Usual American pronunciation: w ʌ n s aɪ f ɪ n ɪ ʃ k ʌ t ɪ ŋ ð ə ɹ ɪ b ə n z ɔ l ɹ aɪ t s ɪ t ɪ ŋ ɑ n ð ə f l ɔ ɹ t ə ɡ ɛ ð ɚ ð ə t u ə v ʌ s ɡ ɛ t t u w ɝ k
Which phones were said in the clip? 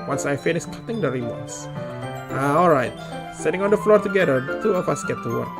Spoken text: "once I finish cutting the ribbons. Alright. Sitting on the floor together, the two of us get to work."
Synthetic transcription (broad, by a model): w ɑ n s aɪ f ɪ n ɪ s k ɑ t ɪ ŋ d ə ɹ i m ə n s ɔ l ɹ aɪ t s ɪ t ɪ ŋ ɑ n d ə f l ɔ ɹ t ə ɡ ɛ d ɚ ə t u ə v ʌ s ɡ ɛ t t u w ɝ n